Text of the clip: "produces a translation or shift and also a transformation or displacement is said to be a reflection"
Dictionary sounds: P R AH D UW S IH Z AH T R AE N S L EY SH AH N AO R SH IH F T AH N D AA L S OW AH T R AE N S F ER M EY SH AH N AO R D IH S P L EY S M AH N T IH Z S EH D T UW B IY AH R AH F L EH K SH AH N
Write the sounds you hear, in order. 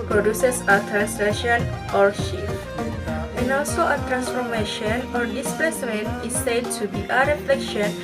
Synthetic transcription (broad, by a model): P R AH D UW S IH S AH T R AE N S EY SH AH N AO R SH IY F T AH N AA L S OW AH T R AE N S F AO M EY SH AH N AO R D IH S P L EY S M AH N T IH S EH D T UW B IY AH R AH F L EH K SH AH N